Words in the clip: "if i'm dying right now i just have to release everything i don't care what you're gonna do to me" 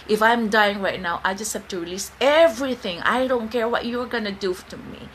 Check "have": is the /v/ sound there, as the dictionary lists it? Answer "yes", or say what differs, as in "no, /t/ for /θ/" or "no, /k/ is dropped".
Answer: no, /f/ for /v/